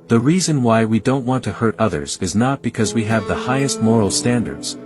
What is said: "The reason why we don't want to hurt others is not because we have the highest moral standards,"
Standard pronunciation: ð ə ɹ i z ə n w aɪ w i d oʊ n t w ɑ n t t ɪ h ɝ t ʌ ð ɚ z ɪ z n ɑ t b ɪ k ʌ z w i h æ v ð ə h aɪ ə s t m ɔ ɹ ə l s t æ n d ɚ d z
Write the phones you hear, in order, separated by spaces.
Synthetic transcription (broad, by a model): ð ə ɹ i z ə n w aɪ w i d oʊ n t w ɑ n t t ɪ h ɝ t ʌ ð ɚ z ɪ z n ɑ t b ɪ k ʌ z w i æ v ð ə h aɪ ə s t m ɔ ɹ l s t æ n d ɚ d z